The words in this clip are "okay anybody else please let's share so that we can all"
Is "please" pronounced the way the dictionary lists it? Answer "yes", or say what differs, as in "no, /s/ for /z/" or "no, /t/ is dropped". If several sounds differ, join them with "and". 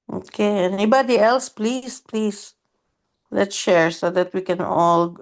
no, /s/ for /z/